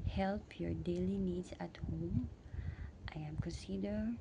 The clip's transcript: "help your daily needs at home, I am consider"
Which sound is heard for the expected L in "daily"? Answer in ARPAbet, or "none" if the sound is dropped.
L